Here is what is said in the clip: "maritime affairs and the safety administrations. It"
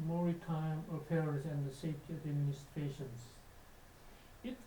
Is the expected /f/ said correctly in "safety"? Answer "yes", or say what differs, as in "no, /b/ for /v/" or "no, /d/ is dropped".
yes